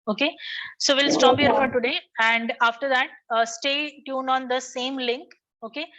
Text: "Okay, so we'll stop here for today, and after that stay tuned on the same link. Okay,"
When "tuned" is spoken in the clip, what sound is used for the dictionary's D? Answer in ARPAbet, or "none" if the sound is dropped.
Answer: none